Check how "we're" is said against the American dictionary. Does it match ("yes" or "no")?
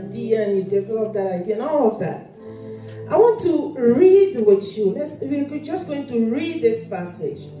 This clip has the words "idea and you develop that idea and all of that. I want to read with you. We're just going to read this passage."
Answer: no